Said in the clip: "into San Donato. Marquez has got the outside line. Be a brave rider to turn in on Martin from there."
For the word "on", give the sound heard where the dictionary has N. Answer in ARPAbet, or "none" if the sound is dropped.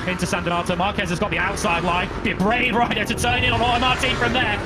L